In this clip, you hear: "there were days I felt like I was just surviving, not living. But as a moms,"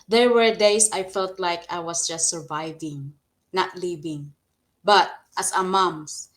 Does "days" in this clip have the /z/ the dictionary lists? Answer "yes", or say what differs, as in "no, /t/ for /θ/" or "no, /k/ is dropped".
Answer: no, /s/ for /z/